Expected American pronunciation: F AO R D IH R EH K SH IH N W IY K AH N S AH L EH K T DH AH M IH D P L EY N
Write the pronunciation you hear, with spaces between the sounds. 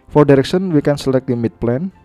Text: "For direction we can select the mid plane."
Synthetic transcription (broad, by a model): F AO R D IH R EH K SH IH N W IY K AH N S AH L EH K T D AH M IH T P L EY N